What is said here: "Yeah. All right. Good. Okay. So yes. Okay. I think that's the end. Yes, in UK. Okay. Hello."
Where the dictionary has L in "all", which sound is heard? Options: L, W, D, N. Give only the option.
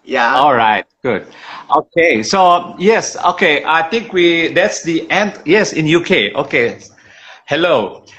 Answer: L